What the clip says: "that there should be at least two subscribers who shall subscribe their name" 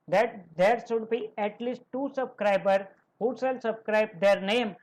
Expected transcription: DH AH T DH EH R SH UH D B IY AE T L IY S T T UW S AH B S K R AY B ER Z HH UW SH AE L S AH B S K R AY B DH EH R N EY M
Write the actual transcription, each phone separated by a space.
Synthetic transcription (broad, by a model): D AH T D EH R SH UH D B IY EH T L IY S T T UW S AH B S K R AY B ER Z HH UW S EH L S AH B S K R AY B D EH R N EY M